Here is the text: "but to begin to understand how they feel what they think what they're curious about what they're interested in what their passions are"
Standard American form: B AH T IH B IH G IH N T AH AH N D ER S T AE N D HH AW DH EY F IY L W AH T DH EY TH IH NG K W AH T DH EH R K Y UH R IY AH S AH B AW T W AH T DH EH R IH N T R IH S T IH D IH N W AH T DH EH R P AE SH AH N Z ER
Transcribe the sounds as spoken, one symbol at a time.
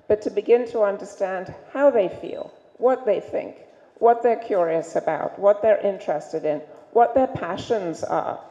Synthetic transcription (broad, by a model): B AH T IH B IH G IH N T AH AH N D ER S T AE N D HH AW DH EY F IY L W AH T DH EY TH IH NG K W AH T DH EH R K Y UH R IY AH S AH B AW T W AH T DH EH R IH N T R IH S T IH D IH N W AH T DH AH R P AE SH AH N Z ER